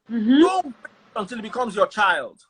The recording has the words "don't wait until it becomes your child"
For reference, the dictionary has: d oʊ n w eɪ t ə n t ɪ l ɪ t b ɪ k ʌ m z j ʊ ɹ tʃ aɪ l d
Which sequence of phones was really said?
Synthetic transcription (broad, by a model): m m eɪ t ə n t ɪ l ɪ t b ɪ k ʌ m z j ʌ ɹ tʃ aɪ l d